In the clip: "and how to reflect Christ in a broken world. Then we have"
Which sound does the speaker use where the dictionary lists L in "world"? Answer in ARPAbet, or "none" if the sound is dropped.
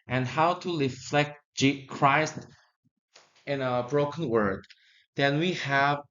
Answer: none